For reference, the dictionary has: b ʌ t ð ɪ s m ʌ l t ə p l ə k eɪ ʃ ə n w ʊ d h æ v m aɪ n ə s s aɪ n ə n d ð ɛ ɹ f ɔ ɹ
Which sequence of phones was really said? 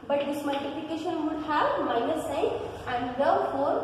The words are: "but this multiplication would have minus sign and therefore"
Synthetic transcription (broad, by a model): b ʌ t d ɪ s m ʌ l t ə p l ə k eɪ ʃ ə n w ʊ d h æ b m aɪ n ə s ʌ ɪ ə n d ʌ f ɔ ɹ